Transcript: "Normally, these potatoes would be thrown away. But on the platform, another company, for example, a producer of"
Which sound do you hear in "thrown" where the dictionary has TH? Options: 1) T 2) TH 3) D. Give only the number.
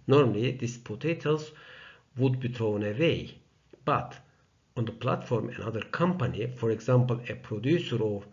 1